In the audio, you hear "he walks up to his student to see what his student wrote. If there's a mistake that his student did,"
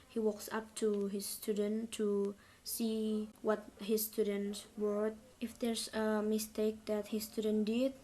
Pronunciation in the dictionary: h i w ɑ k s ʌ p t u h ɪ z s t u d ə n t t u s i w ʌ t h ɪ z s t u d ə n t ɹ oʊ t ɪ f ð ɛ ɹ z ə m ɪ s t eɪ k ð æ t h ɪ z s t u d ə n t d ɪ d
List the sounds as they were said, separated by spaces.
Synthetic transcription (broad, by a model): h i w ɑ k s ʌ p t u h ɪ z s t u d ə n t t u s i w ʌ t h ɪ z s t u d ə n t w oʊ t ɪ f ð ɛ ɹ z ə m ɪ s t eɪ k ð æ t h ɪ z s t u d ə n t d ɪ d